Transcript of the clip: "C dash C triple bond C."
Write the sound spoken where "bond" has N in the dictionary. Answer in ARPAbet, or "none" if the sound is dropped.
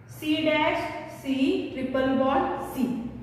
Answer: none